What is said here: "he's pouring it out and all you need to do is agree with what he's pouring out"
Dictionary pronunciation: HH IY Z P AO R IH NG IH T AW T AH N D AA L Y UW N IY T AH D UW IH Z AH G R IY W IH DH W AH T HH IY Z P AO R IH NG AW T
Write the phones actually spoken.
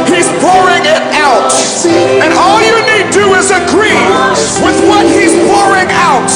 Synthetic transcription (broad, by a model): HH IY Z P AO R IH NG IH T AW T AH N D AA L Y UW N IY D D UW IH Z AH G R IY W IH DH W AH T HH IY Z P AO R IH NG AW T